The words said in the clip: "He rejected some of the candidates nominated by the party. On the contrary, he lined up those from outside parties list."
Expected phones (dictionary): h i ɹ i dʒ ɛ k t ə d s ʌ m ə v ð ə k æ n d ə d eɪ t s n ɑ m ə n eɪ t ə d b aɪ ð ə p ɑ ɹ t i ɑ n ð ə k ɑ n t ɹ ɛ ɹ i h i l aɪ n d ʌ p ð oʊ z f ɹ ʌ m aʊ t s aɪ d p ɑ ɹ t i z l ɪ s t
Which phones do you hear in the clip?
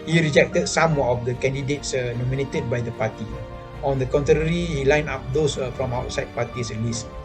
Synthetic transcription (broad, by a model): h i ɹ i dʒ ɛ k t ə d s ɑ m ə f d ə k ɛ n d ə d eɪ t s n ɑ m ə n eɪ t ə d b aɪ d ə p ɑ t i ɑ n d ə k ɑ n t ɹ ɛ ɹ i h i l aɪ n ɑ p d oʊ s f ɹ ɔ m aʊ t s aɪ d p ɑ t i s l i s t